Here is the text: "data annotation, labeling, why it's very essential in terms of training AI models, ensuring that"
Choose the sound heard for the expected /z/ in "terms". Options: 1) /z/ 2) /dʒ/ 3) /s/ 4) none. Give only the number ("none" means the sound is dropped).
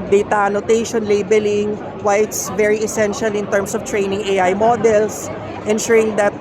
3